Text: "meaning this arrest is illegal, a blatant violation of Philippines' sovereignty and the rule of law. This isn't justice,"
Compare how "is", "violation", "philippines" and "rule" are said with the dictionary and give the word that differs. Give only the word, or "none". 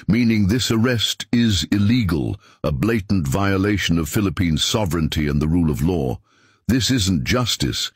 none